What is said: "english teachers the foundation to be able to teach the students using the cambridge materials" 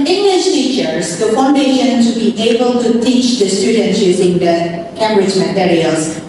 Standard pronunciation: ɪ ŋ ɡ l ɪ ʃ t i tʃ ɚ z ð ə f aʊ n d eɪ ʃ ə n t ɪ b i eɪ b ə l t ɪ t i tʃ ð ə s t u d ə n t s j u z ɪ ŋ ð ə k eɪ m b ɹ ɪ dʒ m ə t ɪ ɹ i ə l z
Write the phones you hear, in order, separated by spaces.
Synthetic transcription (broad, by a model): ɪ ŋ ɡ l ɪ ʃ t i tʃ ɚ z ð ə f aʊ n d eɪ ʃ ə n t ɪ b i eɪ b ə l t ɪ t i tʃ ð ə s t u d n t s j u z ɪ ŋ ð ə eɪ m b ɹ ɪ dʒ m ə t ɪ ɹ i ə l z